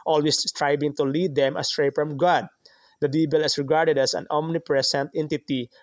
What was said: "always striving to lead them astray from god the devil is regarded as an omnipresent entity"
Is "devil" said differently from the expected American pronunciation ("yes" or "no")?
yes